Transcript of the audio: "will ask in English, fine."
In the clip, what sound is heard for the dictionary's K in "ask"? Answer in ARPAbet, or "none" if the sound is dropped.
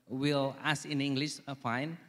none